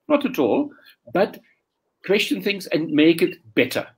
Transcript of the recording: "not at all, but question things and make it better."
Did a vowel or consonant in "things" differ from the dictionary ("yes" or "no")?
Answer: no